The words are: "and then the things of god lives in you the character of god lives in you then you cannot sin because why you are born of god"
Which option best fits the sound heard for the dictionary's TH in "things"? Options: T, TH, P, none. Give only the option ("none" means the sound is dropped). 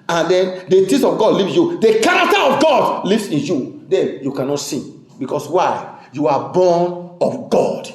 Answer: T